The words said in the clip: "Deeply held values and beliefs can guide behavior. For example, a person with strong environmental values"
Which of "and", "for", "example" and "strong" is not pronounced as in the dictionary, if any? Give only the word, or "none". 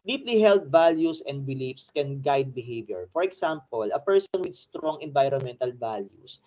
example